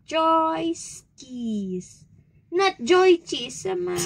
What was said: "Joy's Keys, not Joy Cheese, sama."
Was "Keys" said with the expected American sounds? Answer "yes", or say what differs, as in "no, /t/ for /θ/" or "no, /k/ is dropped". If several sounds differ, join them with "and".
no, /s/ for /z/